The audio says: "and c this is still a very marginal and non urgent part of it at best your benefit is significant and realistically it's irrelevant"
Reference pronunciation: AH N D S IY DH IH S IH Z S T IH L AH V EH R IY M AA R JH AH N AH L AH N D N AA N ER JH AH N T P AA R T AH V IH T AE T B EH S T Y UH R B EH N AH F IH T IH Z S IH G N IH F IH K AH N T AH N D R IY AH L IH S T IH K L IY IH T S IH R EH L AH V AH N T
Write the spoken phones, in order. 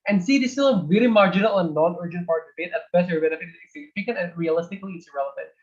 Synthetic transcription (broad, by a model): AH N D S IY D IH S T IH L AH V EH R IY M AA R JH AH N AH L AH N N AA N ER JH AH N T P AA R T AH B IH T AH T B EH T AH R B EH N AH F IH T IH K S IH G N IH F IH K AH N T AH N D R IY AH L IH S T IH K L IY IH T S R EH L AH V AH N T